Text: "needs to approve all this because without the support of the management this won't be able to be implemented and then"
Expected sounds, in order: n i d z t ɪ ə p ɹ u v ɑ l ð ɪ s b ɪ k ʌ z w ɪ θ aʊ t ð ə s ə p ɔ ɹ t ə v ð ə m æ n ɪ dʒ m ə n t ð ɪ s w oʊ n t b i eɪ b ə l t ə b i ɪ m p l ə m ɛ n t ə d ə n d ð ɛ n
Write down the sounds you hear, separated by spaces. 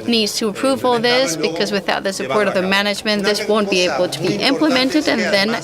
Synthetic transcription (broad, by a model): n i d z t ɪ ə p ɹ u v ɑ l ð ɪ s b ɪ k ʌ z w ɪ θ aʊ t ð ə s ə p ɔ ɹ t ə v ð ə m æ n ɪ dʒ m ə n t ð ɪ s w oʊ n b i eɪ b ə l t ə b i ɪ m p l ə m ɛ n t ə d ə n ð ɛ n